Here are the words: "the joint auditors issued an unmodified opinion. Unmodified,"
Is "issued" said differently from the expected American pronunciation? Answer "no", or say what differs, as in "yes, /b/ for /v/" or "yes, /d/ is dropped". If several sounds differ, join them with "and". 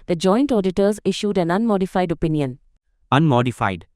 no